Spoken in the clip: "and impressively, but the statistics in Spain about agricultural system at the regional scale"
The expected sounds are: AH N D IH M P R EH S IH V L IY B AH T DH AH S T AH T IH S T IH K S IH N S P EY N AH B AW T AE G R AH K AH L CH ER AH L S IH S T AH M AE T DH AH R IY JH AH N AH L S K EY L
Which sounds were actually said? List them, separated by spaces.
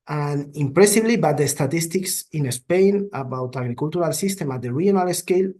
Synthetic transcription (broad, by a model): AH N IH M P R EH S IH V L IY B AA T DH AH S T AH T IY S T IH K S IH N S P EY N AH B AW T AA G R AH K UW L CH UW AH L S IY S T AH M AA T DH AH R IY AH N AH L S K EY L